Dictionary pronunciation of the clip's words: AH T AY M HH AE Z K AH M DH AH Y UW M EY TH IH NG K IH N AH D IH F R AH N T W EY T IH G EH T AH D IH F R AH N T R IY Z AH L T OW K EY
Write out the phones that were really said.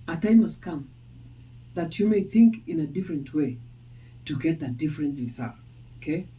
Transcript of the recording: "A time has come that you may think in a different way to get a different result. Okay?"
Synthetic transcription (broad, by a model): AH T AY M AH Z K AH M DH AH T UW M EY TH IH NG K IH N AH D IH F R AH N T W EY T IH G EH T AH D IH F R AH N T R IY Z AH L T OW K EY